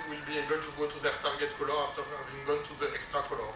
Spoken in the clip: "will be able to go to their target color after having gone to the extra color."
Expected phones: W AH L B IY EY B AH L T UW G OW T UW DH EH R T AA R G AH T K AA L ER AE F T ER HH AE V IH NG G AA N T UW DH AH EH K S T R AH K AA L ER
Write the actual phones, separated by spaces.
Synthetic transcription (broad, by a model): W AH L B IY EY B AH L T UW G OW T UW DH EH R T AA R G AH T K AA L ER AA F T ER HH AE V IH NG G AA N T UW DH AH EH K S T R AH K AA L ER